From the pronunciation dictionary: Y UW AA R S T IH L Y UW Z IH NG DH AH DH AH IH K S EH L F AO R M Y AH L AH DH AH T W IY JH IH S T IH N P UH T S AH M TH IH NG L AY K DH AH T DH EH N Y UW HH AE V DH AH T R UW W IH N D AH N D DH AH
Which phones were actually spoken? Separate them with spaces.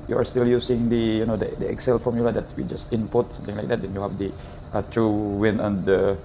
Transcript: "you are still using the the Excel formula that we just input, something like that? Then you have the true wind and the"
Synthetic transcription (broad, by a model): Y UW AA R S T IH L Y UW S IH NG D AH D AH IH K S EH L F AO R M Y AH L AH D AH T W IY JH IH S T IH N P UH T S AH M T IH NG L AY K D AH T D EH N Y UW HH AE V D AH T R UW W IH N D AH N D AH